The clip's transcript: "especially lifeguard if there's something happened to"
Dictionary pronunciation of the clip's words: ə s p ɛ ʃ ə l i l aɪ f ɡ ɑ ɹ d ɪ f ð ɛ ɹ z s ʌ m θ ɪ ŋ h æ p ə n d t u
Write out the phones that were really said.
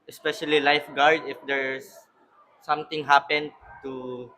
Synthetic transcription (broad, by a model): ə s p ɛ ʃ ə l i l aɪ f ɡ ɑ ɹ d ɪ f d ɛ ɹ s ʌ m t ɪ ŋ h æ p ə n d t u